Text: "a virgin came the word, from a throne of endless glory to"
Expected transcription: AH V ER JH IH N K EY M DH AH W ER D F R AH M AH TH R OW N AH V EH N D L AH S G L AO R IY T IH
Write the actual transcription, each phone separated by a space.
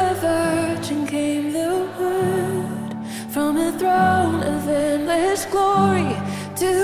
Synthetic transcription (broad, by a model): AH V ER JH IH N K EY M DH AH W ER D F R AH M AH TH R OW N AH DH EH N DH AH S G L AO R IY T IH